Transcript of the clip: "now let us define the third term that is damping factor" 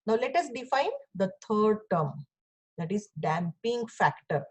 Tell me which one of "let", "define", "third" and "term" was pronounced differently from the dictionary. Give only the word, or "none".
third